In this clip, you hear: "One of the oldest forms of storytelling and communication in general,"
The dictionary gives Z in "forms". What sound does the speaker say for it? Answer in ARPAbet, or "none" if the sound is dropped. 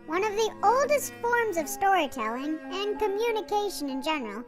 Z